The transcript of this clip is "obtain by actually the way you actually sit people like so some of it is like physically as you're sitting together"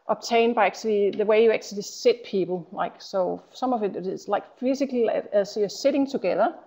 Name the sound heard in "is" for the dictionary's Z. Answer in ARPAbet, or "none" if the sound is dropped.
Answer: S